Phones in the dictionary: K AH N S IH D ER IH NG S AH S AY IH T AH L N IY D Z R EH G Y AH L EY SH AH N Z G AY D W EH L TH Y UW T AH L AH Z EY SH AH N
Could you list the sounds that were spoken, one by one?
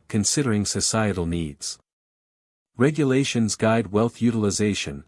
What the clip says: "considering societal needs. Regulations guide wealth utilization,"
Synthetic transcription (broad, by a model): K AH N S IH D ER IH NG S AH S AY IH T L N IY D Z R EH G Y AH L EY SH AH N Z G AY D W EH L TH Y UW T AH L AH Z EY SH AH N